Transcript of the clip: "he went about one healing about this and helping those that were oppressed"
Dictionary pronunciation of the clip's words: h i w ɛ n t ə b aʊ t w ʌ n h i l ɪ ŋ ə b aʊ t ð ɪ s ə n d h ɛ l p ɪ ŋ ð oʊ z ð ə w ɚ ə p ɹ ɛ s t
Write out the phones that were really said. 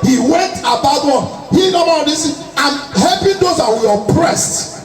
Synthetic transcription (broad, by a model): h i w ɛ n t ə b aʊ t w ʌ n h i n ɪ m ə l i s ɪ ə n h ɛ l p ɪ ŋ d oʊ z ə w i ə p ɹ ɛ s t